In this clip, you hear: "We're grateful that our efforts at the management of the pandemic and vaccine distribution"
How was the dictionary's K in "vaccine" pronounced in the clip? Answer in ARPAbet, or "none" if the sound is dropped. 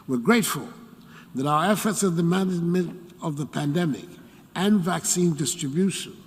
K